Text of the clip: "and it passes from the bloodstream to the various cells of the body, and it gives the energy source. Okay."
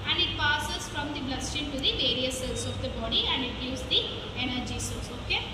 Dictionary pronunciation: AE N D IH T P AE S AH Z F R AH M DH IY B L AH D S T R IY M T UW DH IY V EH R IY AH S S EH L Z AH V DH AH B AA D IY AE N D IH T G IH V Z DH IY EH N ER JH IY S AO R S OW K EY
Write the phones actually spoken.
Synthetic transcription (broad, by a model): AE N D IH T P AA S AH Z F R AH M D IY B L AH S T IY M T UW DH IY V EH R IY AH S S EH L S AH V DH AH B AA D IY AE N D IH T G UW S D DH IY EH N ER JH IY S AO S OW K EY